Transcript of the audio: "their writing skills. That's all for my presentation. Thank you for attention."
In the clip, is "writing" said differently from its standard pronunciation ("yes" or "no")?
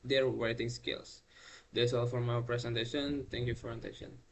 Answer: yes